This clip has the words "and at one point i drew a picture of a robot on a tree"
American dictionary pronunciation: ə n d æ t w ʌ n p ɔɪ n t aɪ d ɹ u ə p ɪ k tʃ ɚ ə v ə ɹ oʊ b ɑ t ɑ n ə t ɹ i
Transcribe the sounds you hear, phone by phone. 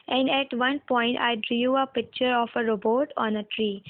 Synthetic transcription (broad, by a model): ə n d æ t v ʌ n p ɔɪ n t aɪ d ɹ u ə p ɪ k tʃ ɚ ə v ə ɹ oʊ b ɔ t ɑ n ə t ɹ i